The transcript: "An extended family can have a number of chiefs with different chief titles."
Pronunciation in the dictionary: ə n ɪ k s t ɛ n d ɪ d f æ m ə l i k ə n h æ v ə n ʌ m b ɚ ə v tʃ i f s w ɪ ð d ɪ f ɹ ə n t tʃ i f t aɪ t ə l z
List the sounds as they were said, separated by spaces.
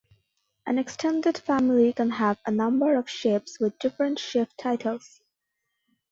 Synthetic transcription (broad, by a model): ə n ɪ k s t ɛ n d ɪ d f æ m ə l i k ə n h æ v ə n ʌ m b ɚ ə v ʃ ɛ p s w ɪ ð d ɪ f ɹ ə n t ʃ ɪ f t aɪ t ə l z